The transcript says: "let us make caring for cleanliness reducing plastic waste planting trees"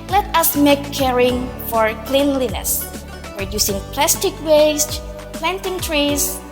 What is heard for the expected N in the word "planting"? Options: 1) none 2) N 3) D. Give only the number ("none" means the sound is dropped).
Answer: 2